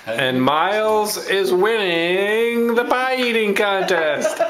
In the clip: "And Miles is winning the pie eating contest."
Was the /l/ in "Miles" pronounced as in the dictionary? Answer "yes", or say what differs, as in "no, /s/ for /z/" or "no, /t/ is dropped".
yes